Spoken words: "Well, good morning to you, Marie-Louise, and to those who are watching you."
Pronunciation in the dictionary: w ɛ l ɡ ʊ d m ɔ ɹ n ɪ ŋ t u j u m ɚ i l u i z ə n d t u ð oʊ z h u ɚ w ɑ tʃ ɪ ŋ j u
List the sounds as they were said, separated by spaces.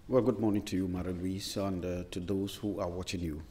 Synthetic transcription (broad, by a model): w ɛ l ɡ ʊ d m ɔ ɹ n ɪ ŋ t u j u m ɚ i l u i s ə n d t u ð oʊ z h u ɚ w ɑ tʃ ɪ ŋ j u